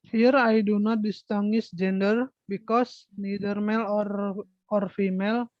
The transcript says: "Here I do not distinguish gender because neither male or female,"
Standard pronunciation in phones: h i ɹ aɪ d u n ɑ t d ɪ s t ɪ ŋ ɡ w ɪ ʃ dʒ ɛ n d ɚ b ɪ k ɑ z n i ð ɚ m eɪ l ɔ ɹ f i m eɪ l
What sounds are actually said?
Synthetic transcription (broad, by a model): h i ɹ aɪ d u n ɑ t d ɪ s t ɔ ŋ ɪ s dʒ ɛ n d ɚ b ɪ k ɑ s n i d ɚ m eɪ l ɔ ɹ f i m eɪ l